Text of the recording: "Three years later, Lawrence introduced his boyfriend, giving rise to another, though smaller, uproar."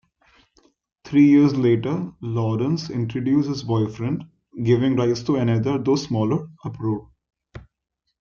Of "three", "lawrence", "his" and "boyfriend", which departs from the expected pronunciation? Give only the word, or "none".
three